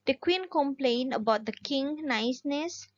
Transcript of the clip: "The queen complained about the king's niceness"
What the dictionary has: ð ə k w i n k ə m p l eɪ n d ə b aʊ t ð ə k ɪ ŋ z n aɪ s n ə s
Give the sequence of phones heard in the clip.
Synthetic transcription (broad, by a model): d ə k w i n k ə m p l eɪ n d ə b aʊ t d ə k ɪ ŋ n aɪ s n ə s